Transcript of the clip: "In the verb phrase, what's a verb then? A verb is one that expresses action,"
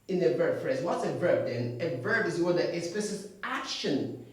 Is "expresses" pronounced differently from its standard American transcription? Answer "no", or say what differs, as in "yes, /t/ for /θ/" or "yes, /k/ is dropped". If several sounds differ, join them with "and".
yes, /k/ is dropped